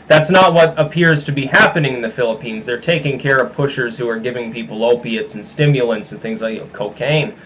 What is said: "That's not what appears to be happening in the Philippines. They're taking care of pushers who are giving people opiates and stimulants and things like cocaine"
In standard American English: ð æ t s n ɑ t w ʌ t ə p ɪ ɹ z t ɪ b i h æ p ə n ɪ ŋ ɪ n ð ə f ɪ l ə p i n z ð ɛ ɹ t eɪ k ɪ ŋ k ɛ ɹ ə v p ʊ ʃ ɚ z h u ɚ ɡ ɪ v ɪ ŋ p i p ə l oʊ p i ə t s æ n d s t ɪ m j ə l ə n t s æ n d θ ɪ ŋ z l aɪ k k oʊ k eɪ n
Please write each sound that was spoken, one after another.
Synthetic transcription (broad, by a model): ð æ t s n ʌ t w ʌ t ə p ɪ ɹ z t ɪ b i h æ p ə n ɪ ŋ ɪ n ð ə f ɪ l ə p i n z ð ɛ ɹ t eɪ k ɪ ŋ k ɛ ɹ ə v p ʊ ʃ ɚ z h u ɚ ɡ ɪ v ɪ ŋ p i p l oʊ p i ə t s n s t ɪ m j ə l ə n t s n θ ɪ ŋ z l aɪ k k oʊ k eɪ n